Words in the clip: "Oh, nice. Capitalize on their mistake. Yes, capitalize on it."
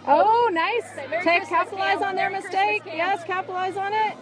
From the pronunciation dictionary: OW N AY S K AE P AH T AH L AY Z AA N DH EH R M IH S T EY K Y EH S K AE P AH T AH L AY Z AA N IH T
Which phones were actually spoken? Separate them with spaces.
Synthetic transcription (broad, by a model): OW N AY S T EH AH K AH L AY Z N DH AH R M IH S T EY K Y EH S K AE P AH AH L AY Z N IH T